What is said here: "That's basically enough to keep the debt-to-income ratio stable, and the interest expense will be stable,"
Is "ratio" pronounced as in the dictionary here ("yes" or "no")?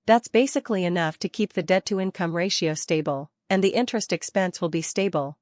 yes